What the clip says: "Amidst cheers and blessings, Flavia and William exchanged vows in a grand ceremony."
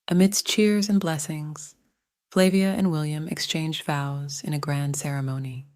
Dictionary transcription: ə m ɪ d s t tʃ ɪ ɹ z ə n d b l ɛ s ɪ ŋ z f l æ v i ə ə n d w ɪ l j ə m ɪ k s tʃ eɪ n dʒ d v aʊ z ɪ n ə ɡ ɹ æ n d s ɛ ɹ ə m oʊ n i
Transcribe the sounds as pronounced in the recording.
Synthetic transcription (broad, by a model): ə m ɪ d s tʃ ɪ ɹ z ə n b l ɛ s ɪ ŋ z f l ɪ v i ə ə n w ɪ l j ə m ɪ k s tʃ eɪ n dʒ d v aʊ z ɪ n ə ɡ ɹ æ n d s ɛ ɹ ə m oʊ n i